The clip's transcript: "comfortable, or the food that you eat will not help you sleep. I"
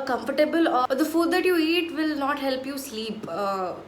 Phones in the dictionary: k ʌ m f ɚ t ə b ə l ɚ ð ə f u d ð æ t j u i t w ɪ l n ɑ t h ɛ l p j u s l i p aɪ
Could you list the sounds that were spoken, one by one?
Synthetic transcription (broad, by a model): k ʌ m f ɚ t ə b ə l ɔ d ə f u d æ t j u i t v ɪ l n ɑ t h ɛ l p j u s l i p